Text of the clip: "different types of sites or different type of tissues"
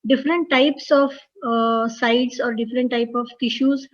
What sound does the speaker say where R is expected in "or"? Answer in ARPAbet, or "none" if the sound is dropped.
R